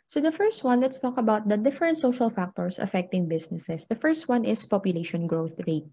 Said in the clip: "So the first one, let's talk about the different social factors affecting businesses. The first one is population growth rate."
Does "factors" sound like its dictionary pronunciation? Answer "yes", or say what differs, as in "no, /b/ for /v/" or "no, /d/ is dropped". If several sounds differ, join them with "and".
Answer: no, /s/ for /z/